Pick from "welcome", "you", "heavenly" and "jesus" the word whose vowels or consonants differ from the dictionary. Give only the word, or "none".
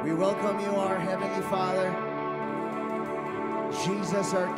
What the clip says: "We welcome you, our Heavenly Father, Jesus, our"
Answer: none